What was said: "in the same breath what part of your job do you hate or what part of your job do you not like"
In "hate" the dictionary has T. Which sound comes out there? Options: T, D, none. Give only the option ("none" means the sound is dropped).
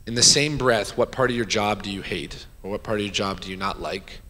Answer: T